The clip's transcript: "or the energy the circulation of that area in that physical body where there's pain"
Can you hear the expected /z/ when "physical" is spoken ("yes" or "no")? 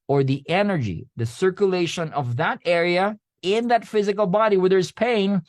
yes